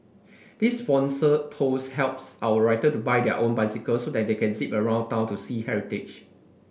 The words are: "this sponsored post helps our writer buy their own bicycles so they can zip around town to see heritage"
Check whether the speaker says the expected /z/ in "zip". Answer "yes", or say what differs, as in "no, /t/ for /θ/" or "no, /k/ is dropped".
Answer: no, /s/ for /z/